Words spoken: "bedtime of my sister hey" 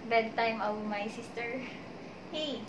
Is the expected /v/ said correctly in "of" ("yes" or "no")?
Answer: no